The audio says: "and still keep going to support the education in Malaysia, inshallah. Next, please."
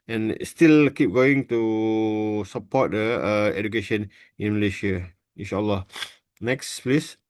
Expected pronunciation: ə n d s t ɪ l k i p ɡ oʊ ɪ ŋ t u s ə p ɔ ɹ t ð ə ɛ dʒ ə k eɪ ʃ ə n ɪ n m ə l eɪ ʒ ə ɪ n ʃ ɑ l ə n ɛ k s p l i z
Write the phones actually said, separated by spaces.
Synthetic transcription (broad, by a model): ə n s t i l k i p ɡ oʊ ɪ ŋ t u s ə p ɔ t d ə ɛ dʒ ə k eɪ ʃ ə n ɪ n m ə l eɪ ʃ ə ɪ n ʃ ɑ l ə n ɛ k s p l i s